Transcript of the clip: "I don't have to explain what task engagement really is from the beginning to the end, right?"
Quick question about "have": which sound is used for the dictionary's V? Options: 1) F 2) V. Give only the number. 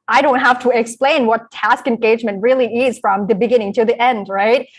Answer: 1